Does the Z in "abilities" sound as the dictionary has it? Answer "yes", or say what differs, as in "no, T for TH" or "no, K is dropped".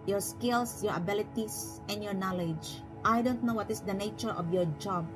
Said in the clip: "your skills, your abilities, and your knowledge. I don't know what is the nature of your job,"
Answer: no, S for Z